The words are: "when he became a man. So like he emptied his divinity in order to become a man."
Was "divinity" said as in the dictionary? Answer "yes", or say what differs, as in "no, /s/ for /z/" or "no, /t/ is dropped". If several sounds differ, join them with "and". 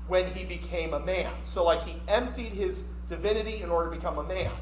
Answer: yes